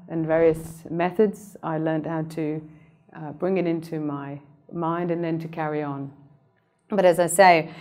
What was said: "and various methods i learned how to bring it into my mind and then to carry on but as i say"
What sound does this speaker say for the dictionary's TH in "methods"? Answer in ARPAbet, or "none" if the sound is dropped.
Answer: TH